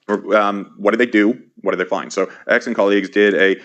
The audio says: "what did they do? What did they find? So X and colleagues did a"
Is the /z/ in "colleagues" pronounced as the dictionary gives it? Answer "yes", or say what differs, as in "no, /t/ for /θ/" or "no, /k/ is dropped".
yes